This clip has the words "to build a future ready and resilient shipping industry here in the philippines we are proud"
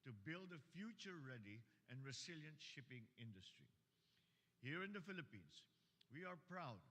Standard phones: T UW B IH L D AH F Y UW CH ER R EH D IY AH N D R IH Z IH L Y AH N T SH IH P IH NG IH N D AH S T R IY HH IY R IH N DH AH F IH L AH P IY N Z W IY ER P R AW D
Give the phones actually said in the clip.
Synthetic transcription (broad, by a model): T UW B IH L D AH F Y UW CH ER R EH D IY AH N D R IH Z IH L Y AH N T SH IH P IH NG IH N D AH S T R IY HH IY R IH N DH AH F IH L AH P IY N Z W IY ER P R AW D